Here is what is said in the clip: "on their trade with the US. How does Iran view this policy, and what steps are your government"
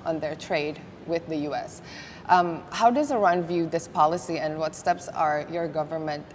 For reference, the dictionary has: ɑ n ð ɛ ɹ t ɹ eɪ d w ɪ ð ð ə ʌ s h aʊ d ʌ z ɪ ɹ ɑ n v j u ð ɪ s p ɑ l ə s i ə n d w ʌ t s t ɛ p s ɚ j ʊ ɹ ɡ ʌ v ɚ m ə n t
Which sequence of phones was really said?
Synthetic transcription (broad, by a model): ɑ n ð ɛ ɹ t ɹ eɪ d w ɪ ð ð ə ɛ s h aʊ d ʌ z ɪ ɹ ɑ n v j u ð ɪ s p ɑ l ə s i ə n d w ʌ t s t ɛ p s ɚ j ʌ ɹ ɡ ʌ v ɚ m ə n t